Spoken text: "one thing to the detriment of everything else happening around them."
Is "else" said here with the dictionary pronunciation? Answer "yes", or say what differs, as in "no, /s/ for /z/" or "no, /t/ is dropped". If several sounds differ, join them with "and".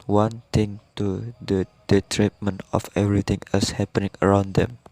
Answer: no, /l/ is dropped